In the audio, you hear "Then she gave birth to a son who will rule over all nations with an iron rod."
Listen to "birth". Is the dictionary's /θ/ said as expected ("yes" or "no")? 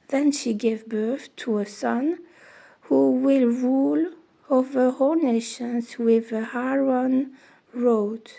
yes